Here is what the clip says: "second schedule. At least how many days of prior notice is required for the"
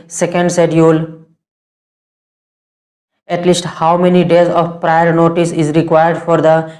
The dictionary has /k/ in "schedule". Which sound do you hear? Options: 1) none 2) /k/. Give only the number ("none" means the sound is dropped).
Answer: 1